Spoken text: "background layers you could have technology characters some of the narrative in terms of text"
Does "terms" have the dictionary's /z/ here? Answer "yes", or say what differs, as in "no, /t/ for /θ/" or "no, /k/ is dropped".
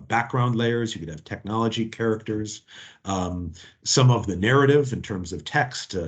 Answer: yes